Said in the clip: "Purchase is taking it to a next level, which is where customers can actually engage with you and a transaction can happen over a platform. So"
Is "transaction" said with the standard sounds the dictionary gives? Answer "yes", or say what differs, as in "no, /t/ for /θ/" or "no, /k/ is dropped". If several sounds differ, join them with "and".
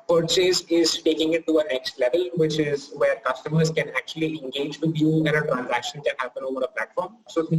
yes